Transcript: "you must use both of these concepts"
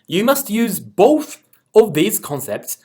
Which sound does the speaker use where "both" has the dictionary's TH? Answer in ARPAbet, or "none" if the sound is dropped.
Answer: TH